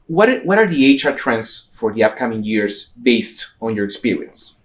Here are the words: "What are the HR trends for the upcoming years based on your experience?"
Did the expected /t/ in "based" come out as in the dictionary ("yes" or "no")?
yes